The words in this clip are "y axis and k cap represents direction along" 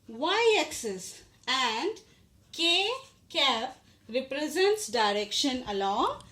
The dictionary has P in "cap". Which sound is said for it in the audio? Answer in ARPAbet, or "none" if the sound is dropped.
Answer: F